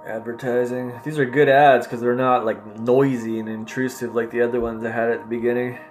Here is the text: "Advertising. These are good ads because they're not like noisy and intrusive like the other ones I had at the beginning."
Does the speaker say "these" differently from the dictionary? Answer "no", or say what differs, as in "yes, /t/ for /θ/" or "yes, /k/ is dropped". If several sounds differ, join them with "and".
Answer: no